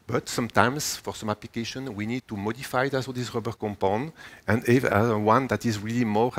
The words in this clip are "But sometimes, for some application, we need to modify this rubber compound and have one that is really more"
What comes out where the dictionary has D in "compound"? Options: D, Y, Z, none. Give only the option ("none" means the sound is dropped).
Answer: none